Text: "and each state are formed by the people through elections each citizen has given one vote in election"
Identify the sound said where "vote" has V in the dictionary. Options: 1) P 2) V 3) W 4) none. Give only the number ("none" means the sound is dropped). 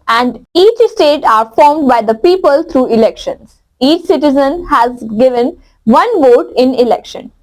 2